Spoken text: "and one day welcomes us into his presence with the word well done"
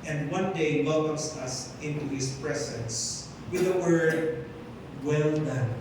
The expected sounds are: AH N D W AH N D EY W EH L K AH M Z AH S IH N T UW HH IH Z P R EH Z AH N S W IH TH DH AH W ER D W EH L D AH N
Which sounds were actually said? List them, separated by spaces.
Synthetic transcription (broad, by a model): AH N D W AH N D EY W EH L K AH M S AH S IH N T UW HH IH S P R EH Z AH N S W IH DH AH W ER D W EH L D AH N